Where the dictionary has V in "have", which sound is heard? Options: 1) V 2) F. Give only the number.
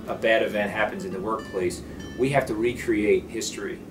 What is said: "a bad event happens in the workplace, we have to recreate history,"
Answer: 2